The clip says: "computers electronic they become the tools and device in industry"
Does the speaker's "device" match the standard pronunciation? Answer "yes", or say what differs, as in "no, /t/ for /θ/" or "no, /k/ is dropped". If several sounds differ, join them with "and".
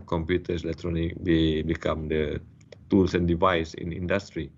yes